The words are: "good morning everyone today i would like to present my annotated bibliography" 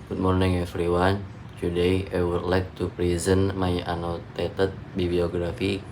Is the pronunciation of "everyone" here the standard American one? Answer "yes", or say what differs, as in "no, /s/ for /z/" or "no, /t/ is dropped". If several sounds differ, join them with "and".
no, /f/ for /v/